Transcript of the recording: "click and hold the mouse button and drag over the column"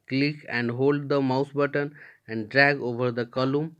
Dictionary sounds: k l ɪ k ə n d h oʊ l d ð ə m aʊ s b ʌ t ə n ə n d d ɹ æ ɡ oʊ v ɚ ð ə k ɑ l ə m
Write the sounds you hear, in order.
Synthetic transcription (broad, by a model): k l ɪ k ə n d h oʊ l d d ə m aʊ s b ʌ t ə n ə n d d ɹ æ ɡ oʊ v ɚ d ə k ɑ l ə m